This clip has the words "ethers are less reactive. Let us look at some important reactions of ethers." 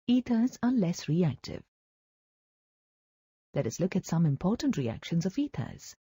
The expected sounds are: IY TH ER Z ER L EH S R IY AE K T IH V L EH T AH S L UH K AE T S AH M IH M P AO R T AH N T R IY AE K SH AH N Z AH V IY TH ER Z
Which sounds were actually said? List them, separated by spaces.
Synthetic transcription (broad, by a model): IY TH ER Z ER L EH S R IY AE K T IH V L EH T AH S L UH K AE T S AH M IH M P AO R T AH N T R IY AE K SH AH N Z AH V IY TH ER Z